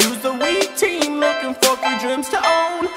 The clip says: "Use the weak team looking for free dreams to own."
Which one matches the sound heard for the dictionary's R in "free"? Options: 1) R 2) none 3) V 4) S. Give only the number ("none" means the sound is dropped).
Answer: 2